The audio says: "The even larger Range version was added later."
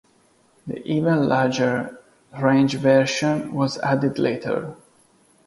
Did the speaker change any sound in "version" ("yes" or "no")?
yes